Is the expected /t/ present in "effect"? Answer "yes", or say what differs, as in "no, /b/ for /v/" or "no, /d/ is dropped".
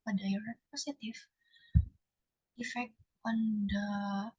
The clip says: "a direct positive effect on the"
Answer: no, /t/ is dropped